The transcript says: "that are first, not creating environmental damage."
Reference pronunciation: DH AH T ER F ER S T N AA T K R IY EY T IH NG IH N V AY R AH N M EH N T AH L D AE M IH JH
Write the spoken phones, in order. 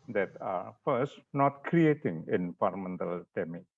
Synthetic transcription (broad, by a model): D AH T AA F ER S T N AA T K R IY EY T IH NG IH N F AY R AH M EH N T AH L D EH M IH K